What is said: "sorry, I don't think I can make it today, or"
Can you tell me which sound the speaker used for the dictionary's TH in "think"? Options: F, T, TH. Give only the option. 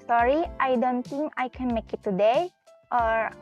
T